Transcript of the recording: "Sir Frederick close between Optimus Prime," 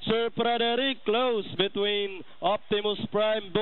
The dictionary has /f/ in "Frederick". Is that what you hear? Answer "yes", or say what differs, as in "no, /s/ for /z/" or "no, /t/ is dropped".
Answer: no, /p/ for /f/